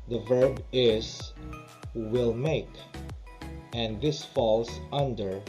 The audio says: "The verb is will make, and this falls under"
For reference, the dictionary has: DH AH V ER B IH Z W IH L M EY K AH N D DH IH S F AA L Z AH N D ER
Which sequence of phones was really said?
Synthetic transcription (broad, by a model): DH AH V ER B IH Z W IH L M EY K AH N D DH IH S F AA L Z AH N D ER